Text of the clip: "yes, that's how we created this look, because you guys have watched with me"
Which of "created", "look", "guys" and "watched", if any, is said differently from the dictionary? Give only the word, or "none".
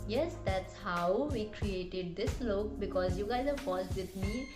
watched